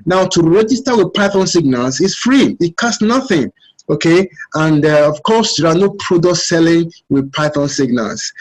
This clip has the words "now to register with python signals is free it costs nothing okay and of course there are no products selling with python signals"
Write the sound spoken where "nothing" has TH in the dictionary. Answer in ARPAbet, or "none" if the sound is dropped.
TH